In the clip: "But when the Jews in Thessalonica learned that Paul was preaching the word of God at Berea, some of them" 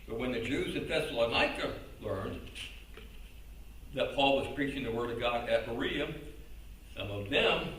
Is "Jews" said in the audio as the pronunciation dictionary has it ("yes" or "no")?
yes